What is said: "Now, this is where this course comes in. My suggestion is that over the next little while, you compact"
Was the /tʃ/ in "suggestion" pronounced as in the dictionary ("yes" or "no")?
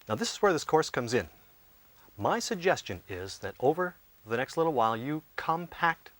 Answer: yes